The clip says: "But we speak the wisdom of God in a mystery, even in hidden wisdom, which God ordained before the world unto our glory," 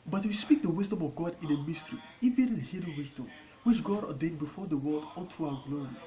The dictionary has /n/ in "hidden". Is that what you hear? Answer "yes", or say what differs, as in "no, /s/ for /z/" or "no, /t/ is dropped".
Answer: no, /l/ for /n/